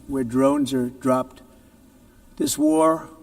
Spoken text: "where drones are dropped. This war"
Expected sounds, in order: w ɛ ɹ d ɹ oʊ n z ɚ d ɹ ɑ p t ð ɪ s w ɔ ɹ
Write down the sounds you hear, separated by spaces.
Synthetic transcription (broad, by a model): w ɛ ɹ d ɹ oʊ n z ɚ d ɹ ɑ p t ð ɪ s w ɔ ɹ